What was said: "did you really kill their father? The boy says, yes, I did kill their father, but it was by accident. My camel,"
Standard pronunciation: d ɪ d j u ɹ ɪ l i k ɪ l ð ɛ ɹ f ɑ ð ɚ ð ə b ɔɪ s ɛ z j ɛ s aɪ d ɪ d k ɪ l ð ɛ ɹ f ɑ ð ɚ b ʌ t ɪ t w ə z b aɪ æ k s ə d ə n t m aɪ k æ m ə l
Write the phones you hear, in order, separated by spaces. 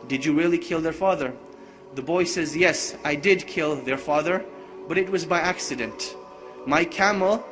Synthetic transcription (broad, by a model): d ɪ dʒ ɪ ɹ ɪ l i k ɪ l ð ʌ ɹ f ɑ ð ɚ ð ə b ɔɪ s ɛ z j ɛ s aɪ d ɪ d k ɪ l ð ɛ ɹ f ɑ ð ɚ b ʌ t ɪ t w ə z b aɪ æ k s ə d ə n t m aɪ k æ m l